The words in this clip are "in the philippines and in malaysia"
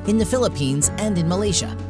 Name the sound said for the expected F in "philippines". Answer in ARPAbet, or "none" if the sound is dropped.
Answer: F